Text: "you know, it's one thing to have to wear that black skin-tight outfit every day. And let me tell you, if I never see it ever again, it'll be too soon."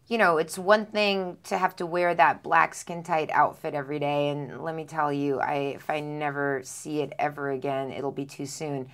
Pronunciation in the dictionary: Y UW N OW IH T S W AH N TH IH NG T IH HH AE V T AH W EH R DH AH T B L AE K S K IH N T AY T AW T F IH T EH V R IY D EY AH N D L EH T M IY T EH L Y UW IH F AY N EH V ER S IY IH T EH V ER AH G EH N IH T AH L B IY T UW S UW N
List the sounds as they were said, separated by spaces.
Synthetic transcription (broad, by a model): Y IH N OW IH T S W AH N TH IH NG T IH HH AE F T AH W EH R DH AH T B L AE K S K IH N T AY T AW T F IH T EH V R IY D EY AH N L EH T M IY T EH L Y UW IH F AY N EH V ER S IY IH T EH V ER AH G EH N IH T L B IY T UW S UW N